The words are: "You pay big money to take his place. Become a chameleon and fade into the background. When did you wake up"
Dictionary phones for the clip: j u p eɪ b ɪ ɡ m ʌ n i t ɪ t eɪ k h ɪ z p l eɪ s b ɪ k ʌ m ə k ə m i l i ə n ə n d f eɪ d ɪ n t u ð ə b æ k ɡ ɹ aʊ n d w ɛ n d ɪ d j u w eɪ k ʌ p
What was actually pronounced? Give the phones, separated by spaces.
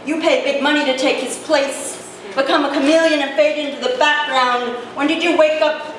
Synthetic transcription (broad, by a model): j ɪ p eɪ b ɪ ɡ m ʌ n i t ɪ t eɪ k h ɪ z p l eɪ s b ɪ k ʌ m ə k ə m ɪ l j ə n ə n f eɪ d ɪ n t u ð ə b æ k ɡ ɹ aʊ n d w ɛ n d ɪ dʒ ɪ w eɪ k ʌ p